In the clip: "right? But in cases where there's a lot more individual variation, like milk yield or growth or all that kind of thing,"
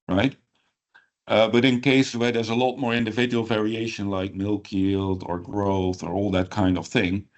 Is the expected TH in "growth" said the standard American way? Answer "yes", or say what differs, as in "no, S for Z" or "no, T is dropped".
yes